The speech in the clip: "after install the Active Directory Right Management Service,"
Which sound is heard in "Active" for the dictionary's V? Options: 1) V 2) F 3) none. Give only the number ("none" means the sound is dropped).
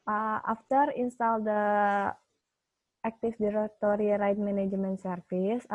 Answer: 2